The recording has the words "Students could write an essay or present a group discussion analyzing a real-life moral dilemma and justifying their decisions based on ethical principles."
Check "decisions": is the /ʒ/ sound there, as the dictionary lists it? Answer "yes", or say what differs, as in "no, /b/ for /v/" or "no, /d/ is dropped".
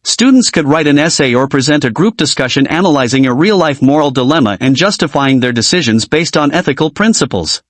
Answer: yes